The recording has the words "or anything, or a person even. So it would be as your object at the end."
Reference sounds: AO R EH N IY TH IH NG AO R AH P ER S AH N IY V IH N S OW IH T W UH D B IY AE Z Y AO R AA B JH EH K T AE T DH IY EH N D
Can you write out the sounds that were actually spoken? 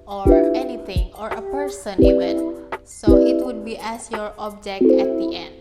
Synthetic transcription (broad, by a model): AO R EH N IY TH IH NG AO R AH P ER S AH N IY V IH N S OW IH T W UH D B IY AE S Y AO R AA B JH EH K AE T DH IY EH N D